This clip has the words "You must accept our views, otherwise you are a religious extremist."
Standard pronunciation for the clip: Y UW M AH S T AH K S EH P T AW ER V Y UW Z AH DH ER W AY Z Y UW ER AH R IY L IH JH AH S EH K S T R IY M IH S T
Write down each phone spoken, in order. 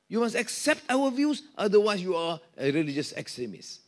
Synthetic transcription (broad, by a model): Y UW M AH S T AH K S EH P T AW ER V Y UW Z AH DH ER W AY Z Y UW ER AH R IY L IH JH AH S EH K S T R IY M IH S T